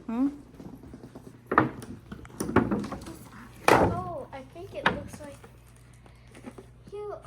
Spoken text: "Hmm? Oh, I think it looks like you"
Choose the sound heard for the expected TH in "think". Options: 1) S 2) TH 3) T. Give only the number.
2